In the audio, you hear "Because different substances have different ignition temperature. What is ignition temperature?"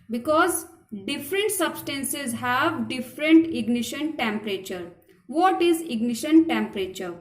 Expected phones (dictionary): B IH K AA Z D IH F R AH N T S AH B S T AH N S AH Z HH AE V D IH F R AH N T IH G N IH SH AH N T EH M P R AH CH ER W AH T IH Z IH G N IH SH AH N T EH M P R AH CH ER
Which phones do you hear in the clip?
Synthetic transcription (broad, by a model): B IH K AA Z D IH F R AH N T S AH B S T AH N S AH Z HH AE V D IH F R AH N T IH G N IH SH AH N T EH M P R AH CH ER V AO T IH Z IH G N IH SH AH N T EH M P R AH CH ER